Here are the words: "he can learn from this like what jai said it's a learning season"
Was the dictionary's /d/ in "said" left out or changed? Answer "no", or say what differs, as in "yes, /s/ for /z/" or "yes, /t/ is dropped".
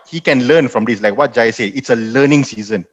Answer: yes, /d/ is dropped